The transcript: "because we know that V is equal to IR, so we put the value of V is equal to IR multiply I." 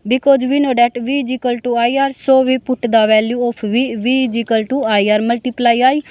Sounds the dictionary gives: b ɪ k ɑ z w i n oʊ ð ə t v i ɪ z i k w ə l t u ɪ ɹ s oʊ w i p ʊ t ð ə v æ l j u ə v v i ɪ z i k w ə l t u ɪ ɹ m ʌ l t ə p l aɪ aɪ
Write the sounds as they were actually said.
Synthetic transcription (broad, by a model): b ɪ k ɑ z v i n oʊ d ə t v i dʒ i k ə l t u ɪ ɹ s oʊ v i p ʊ t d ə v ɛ l j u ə p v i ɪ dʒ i k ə l t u ɪ ɹ m ʌ l t ə p l aɪ aɪ